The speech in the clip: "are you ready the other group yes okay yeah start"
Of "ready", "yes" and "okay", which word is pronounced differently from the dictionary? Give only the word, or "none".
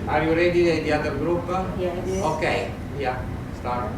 yes